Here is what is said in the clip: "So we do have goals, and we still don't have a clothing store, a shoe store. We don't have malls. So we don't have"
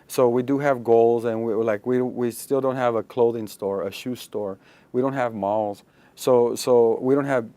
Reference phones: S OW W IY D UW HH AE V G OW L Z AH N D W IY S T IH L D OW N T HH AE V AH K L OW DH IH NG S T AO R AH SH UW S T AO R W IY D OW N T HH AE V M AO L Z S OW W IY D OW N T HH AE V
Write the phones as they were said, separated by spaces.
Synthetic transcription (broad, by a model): S OW W IY D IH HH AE V G OW L Z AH N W W IY S T IH L D OW N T HH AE V AH K L OW DH IH NG S T AO R AH SH UW S T AO R W IY D OW N T HH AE V M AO L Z S OW W IY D OW N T HH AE V